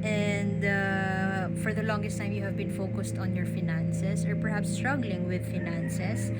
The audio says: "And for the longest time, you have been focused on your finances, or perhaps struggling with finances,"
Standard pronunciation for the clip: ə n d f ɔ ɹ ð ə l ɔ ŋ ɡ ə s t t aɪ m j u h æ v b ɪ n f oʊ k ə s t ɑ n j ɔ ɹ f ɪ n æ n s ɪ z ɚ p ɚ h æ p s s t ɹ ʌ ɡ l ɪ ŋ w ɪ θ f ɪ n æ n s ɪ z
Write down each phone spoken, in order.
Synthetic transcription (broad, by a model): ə n d f ɔ ɹ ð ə l ɔ ŋ ɡ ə s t t aɪ m j u h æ v b ɪ n f oʊ k ə s t ɑ n j ɔ ɹ f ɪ n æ n s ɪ s ɚ p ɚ h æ p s s t ɹ ʌ ɡ l ɪ ŋ w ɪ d f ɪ n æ n s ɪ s